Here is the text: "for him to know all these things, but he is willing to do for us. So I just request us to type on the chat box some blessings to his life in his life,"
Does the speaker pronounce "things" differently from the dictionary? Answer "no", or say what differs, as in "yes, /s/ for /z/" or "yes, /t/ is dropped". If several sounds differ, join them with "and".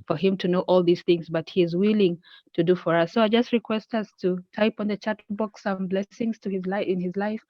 no